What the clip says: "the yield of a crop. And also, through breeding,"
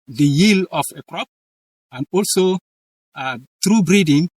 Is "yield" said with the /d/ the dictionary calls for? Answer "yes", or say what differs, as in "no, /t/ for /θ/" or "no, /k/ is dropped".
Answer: no, /d/ is dropped